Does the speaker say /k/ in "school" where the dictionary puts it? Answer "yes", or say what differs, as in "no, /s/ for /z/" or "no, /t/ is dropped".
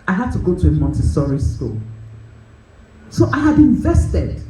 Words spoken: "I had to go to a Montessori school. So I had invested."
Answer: yes